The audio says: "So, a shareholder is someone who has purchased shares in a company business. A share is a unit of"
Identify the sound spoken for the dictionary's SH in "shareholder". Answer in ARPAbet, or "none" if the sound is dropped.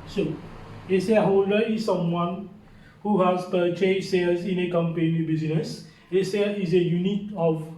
S